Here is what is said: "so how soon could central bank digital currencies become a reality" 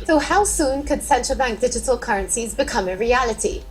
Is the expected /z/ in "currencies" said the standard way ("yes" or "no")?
yes